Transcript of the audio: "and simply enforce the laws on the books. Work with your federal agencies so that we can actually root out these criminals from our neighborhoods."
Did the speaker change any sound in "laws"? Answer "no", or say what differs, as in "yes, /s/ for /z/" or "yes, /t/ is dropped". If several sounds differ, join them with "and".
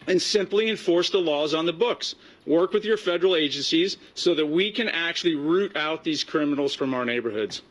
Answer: no